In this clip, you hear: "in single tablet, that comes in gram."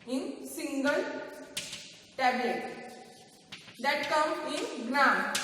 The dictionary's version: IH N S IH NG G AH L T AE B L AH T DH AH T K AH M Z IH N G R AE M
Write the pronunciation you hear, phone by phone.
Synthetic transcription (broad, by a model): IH N S IH NG G AH L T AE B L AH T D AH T K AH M IH N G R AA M